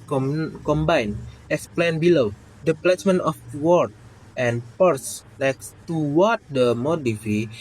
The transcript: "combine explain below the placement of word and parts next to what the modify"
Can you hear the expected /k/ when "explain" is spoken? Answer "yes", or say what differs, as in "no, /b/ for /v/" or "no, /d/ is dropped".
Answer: no, /k/ is dropped